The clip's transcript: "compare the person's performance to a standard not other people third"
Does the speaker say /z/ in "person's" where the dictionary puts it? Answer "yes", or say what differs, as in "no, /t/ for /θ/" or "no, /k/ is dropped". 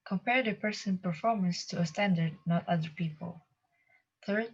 no, /z/ is dropped